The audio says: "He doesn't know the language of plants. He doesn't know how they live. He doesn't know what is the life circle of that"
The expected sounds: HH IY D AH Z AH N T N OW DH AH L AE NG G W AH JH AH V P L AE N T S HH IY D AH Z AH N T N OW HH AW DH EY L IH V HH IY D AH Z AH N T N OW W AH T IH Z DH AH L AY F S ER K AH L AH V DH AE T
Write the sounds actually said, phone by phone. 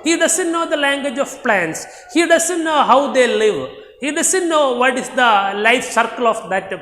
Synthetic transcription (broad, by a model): HH IY D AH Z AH N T N OW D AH L AE NG G W AH JH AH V P L AE N T S HH IY D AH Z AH N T N OW HH AW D EY L IH V HH IY D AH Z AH N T N OW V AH T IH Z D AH L AY F S ER K AH L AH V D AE T